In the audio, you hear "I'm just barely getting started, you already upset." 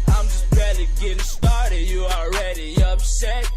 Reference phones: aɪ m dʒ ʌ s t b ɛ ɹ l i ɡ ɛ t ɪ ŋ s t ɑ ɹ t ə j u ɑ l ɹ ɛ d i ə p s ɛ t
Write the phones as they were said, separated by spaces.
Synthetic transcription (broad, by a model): aɪ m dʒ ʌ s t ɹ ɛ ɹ i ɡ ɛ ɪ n s t ɑ ɹ t ə j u ɑ l ɹ ɛ d i ə p s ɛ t